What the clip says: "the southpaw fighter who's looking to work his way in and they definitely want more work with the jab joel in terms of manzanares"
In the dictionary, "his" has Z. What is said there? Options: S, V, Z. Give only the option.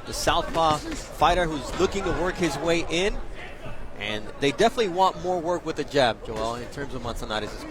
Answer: Z